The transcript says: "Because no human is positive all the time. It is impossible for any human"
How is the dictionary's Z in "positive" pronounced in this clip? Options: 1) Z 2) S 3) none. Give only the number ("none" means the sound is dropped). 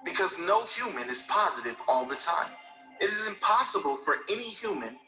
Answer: 1